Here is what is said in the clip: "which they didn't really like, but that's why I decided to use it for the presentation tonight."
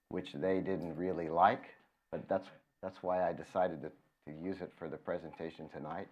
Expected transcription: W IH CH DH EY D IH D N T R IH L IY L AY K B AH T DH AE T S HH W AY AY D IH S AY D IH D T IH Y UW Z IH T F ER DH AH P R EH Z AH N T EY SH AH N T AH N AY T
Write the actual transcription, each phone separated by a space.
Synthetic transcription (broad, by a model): W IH CH DH EY D IH D N T R IH L IY L AY K B AH T DH AE T S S W AY AY D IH S AY D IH D T IH Y UW Z IH T F ER DH AH P R EH Z AH N T EY SH AH N T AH N AY T